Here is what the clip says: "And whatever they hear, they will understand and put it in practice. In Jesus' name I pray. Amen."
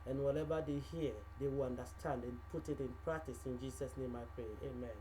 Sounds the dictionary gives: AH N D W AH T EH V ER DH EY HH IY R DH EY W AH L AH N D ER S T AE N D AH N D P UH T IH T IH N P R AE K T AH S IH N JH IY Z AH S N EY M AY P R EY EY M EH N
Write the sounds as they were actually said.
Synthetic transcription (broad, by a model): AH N W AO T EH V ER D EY HH IY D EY W AH L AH N D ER S T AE N D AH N P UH T IH T IH N P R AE K T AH S IH N JH IY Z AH S N EY M AY P R EY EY M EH N